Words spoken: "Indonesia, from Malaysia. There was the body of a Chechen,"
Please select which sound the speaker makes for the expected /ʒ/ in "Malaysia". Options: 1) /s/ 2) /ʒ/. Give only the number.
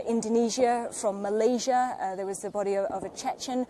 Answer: 2